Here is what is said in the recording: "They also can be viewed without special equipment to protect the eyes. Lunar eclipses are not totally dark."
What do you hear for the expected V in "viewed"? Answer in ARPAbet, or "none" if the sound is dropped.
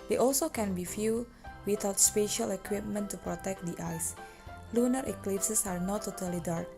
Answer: F